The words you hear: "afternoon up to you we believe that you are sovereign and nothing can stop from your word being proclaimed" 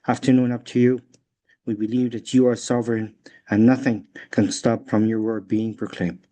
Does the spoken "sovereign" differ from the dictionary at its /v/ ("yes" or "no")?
no